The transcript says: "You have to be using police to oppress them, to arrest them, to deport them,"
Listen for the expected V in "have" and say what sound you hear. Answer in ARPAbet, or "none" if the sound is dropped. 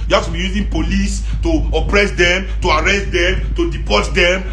F